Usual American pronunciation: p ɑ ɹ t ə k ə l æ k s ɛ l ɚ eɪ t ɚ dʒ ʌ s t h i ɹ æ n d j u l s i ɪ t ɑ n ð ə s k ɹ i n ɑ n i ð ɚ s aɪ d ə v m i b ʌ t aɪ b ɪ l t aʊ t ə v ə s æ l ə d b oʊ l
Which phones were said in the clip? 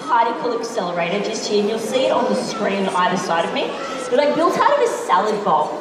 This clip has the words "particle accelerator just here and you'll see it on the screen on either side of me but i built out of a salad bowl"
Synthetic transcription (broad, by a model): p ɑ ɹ t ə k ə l æ k s ɛ l ɚ eɪ t ɚ dʒ ʌ s t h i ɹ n j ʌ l s i ɪ t n ð ə s k ɹ i n ɑ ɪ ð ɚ s aɪ d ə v m i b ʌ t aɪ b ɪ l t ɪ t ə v ə s æ l ə d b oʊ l